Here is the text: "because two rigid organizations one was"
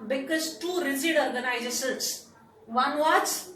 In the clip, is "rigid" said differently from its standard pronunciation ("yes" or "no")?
yes